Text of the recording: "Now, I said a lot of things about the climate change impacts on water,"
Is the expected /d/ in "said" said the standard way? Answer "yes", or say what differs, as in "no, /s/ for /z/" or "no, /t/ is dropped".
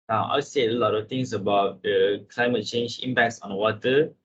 no, /d/ is dropped